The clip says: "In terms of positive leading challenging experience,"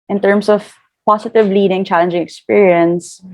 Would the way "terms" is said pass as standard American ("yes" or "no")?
no